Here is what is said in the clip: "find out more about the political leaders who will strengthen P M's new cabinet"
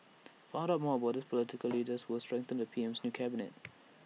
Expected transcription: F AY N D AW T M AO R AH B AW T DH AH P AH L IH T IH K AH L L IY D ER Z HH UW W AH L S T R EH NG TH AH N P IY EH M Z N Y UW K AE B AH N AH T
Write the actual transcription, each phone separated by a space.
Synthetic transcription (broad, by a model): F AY D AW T M AO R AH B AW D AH P AH L IH T IH K AH L L IY D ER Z W AH L S T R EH NG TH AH N P IY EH M S N Y UW K AE B AH N AH T